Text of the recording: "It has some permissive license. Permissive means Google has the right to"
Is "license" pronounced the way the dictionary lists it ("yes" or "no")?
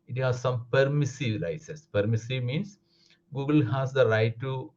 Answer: no